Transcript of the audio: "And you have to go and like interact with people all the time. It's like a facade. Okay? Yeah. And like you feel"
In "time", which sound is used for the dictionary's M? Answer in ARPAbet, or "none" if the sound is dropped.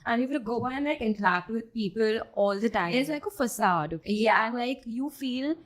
none